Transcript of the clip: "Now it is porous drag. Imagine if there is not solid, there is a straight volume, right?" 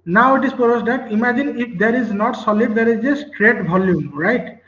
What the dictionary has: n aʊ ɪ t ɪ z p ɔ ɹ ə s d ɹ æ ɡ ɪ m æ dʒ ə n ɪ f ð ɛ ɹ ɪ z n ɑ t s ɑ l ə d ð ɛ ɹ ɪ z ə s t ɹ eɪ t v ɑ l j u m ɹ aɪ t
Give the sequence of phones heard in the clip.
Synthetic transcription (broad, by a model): n aʊ ɪ t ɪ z p ɔ ɹ ə s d ɑ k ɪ m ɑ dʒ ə n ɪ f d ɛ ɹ ɪ z n ɑ t s ɑ l ə d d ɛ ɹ ɪ z ə s t ɹ eɪ t b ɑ l j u m ɹ aɪ t